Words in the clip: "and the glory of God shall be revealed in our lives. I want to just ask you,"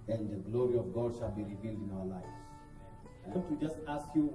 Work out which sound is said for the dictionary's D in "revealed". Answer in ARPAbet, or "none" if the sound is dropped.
D